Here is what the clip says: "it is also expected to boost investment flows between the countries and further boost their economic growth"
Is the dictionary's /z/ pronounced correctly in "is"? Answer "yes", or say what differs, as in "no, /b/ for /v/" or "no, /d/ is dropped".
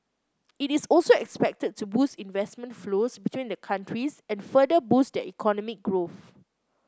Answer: no, /s/ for /z/